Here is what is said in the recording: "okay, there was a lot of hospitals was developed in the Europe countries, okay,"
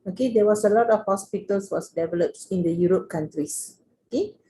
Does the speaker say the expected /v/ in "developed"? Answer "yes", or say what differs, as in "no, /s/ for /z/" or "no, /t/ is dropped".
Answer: yes